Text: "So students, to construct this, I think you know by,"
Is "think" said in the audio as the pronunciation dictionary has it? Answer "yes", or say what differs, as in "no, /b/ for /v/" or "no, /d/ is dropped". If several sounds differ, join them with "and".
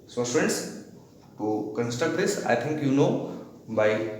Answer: no, /t/ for /θ/